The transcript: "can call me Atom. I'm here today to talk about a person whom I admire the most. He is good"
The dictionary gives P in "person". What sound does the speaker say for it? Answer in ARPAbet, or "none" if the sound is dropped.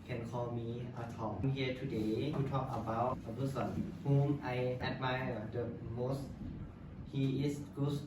B